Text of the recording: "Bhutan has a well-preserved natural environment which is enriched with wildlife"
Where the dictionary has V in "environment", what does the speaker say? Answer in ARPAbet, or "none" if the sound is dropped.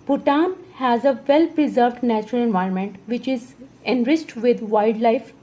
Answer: V